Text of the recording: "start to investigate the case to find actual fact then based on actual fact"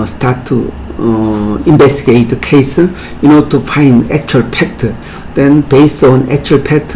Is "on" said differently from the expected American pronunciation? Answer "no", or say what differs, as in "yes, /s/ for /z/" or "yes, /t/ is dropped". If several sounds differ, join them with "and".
no